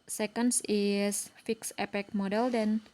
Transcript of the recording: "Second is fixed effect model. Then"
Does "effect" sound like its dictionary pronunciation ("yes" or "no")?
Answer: no